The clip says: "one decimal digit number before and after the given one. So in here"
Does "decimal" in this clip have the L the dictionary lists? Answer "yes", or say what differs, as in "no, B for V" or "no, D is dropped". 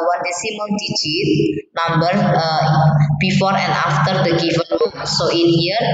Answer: no, N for L